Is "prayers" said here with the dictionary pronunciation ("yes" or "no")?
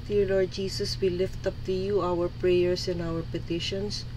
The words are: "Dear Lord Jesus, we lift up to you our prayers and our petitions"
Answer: no